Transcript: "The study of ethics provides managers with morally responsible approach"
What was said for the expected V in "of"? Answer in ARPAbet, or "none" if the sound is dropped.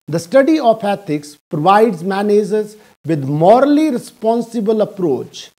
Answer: P